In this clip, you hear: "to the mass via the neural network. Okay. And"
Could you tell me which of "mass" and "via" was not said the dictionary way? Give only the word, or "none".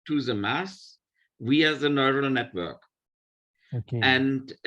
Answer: via